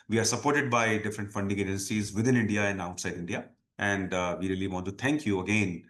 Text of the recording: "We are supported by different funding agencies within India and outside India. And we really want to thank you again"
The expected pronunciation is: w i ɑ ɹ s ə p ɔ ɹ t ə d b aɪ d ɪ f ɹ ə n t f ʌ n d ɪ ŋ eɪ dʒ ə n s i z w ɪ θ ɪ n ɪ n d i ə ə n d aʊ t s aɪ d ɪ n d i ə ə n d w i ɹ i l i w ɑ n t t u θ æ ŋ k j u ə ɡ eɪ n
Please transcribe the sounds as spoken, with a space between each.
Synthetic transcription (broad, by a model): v i ɑ ɹ s ə p ɔ ɹ t ə d b aɪ d ɪ f ɹ ə n t f ʌ n d ɪ ŋ eɪ dʒ ə n s i z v ɪ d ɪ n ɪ n d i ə ə n d aʊ t s aɪ d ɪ n d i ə ə n d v i ɹ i l i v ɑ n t t u t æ ŋ k j u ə ɡ eɪ n